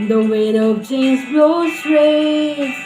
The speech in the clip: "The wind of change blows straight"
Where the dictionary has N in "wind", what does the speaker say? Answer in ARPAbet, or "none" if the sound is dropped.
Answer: none